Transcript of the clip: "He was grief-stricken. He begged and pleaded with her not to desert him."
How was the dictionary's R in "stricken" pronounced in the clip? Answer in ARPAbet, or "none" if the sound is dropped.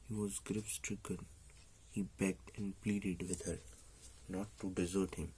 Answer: R